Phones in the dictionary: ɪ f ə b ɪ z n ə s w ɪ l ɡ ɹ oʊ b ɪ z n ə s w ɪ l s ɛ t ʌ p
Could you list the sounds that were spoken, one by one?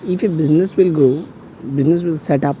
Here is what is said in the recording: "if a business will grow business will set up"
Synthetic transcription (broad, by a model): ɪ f ə b ɪ z n ə s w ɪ l ɡ oʊ b ɪ z n ə s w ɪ l s ɛ t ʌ p